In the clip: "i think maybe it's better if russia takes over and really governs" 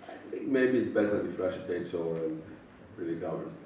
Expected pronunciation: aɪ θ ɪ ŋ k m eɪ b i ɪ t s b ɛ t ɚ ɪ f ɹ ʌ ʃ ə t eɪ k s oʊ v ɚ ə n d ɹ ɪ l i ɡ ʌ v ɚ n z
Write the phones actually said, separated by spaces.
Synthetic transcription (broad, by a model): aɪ θ ɪ ŋ k m eɪ b i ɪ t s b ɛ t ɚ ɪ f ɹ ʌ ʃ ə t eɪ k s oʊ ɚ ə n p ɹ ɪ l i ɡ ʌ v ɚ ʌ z